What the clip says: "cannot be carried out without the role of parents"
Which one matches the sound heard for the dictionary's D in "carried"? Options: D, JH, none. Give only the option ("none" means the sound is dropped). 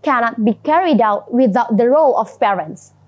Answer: D